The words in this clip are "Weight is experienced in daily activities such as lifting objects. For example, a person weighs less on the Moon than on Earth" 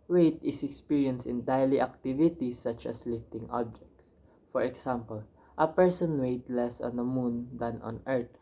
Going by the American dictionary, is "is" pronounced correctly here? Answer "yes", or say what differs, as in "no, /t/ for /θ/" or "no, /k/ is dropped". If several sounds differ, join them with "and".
no, /s/ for /z/